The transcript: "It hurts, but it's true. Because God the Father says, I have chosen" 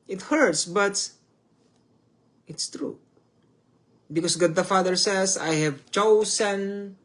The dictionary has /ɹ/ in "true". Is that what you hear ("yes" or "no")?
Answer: yes